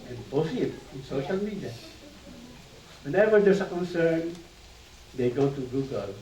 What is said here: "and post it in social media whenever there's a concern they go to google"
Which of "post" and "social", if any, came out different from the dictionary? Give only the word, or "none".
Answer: post